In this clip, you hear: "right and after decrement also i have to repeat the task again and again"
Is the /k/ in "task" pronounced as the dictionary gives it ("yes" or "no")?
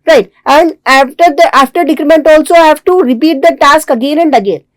yes